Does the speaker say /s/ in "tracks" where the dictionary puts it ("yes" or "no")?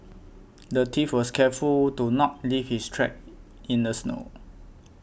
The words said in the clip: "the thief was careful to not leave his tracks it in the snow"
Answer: no